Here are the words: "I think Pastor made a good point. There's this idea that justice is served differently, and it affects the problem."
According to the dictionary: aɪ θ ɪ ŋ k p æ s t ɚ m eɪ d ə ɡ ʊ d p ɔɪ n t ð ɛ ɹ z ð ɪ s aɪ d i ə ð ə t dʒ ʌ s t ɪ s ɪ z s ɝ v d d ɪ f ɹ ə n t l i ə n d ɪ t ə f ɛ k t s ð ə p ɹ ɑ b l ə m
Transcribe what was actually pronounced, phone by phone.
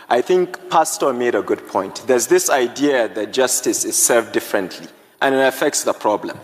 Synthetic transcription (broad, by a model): aɪ θ ɪ ŋ k p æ s t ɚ m eɪ d ə ɡ ʊ d p ɔɪ n t ð ɛ ɹ z ð ɪ s aɪ d i ə ð ə t dʒ ʌ s t ɪ s ɪ z s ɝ v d d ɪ f ɹ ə n t l i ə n ɪ t ə f ɛ k t s ð ə p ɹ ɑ b l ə m